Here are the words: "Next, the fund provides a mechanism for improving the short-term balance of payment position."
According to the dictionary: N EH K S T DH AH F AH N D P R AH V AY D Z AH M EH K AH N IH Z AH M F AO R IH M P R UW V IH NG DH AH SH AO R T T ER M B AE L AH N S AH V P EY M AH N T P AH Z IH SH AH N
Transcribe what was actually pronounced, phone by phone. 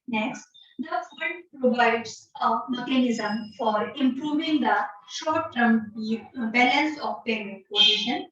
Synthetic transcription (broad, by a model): N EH K S T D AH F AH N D P R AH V AY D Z AH M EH K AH N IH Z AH M F AO R IH M P R UW V IH NG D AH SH AO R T T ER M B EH N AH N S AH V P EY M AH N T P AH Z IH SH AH N